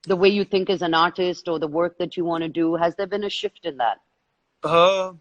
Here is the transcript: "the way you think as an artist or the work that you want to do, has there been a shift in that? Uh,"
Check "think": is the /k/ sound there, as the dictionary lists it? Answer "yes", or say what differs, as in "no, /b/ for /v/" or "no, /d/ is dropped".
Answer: yes